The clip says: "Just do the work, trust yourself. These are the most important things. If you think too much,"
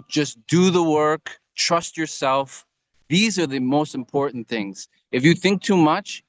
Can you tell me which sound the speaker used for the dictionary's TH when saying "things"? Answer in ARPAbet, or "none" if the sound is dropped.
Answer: TH